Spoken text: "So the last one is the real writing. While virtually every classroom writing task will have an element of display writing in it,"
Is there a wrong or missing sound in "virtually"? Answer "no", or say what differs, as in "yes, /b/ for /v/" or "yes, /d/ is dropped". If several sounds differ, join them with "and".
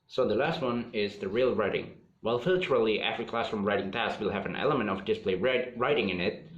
yes, /f/ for /v/